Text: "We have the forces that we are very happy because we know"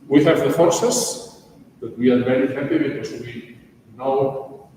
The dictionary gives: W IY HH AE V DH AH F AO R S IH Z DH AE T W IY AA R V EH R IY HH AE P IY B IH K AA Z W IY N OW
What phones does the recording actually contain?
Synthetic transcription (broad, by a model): W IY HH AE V DH AH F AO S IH S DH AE T W IY AA R V EH R IY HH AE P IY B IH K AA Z W IY N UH